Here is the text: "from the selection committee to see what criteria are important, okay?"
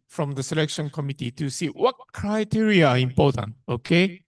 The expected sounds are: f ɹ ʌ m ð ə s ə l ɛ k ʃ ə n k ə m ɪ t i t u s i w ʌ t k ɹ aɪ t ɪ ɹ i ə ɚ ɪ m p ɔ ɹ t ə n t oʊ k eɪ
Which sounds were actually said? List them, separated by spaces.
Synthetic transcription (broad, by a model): f ɹ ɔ m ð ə s ə l ɛ k ʃ ə n k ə m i t i t u s i w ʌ t k ɹ aɪ t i ɹ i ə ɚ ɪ m p ɔ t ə n t oʊ k eɪ